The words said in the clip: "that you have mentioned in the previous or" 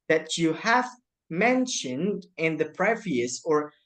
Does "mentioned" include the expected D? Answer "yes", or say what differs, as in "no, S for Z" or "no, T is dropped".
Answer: yes